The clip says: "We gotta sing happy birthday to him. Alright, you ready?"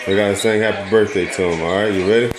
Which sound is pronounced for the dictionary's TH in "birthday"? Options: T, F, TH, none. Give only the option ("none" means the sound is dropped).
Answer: TH